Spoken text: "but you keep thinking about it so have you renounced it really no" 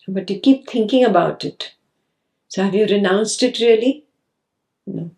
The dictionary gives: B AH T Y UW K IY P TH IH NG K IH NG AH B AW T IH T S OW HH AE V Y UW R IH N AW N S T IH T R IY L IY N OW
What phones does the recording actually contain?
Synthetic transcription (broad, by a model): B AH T Y UW K IY P T IH NG K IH NG AH B AW T IH T S OW HH AE V Y UW R IH N AW N S T IH T R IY L IY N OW